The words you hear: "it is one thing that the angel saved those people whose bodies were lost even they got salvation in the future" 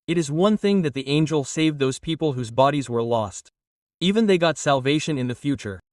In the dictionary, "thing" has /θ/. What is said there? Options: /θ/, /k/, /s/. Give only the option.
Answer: /θ/